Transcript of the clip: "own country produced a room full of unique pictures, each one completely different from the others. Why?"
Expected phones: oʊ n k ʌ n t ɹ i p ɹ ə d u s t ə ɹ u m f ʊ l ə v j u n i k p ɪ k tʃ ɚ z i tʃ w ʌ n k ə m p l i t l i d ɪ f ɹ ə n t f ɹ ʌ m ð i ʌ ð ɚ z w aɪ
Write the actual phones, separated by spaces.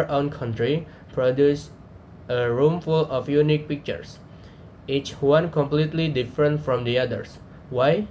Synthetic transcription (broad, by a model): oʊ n k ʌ n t ɹ i p ɹ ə d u s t ə ɹ u m f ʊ l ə f j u n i k p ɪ k tʃ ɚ s i tʃ w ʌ n k ə m p l i t l i d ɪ f ɹ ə n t f ɹ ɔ m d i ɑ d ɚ s w aɪ